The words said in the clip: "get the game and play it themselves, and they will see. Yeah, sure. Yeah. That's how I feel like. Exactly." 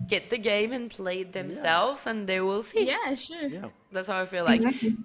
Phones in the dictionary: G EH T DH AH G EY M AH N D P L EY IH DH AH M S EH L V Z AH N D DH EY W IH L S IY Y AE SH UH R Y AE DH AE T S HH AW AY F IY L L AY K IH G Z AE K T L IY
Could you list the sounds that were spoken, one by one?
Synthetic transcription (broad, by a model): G EH T DH AH G EY M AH N P L EY IH DH AH M S EH L V Z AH N DH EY W IH L S IY Y AE SH UH R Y DH AE T S HH AW AY F IY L L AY IH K